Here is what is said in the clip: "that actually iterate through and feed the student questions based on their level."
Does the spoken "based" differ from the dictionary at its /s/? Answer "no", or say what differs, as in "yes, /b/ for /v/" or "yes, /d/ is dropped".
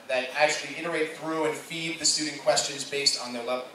no